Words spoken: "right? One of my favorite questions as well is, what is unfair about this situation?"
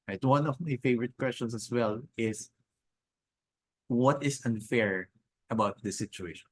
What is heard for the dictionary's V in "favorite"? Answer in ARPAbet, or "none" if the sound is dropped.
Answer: V